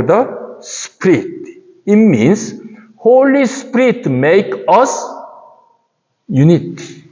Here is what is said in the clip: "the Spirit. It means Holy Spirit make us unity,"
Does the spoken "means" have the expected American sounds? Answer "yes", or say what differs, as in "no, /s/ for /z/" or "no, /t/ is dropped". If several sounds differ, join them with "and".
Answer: no, /s/ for /z/